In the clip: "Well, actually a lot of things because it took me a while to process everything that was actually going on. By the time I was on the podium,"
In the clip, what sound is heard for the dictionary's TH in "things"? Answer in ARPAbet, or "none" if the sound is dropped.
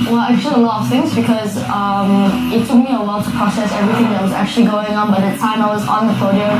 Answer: TH